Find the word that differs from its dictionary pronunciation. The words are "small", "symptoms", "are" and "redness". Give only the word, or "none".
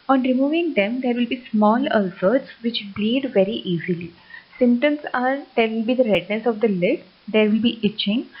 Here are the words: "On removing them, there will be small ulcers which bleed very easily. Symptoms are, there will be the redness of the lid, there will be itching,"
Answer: symptoms